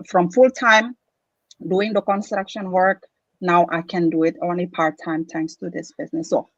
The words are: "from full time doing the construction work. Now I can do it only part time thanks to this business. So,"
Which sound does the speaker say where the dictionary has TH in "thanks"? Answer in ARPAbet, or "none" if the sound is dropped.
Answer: T